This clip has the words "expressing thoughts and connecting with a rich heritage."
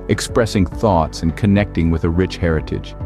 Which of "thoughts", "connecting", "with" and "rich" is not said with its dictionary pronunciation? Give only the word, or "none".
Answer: none